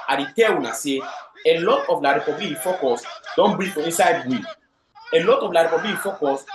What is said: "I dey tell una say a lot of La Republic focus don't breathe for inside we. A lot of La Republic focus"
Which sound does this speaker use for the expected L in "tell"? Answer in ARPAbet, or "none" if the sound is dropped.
W